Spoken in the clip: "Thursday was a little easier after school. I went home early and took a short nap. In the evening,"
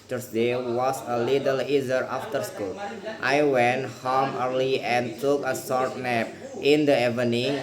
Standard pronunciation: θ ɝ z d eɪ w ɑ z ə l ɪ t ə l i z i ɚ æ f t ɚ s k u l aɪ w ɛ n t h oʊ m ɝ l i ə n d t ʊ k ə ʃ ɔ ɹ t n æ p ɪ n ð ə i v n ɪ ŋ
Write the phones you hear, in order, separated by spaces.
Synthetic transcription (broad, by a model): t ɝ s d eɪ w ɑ s ə l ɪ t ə l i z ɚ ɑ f t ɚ s k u l aɪ w ɛ n t h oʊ m ɝ l i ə n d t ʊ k ə s ɔ ɹ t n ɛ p ɪ n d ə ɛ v n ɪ ŋ